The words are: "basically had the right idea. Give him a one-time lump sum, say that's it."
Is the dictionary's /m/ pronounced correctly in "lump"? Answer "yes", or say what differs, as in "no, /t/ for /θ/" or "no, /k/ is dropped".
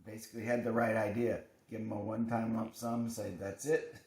no, /m/ is dropped